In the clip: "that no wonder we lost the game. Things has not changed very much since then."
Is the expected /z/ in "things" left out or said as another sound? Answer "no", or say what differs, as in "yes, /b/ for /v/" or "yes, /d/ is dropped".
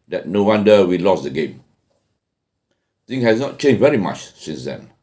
yes, /z/ is dropped